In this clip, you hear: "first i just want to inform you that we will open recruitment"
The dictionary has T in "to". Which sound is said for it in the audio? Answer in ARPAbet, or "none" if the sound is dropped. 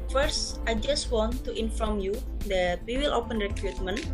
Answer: T